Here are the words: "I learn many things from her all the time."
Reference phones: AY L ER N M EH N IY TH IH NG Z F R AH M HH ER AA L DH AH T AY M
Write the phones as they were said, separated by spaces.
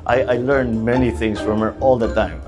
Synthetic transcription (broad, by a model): AY L ER N M EH N IY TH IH NG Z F R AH M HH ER AA L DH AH T AY M